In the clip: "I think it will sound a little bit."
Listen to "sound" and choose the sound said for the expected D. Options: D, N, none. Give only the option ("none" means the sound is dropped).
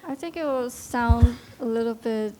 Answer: D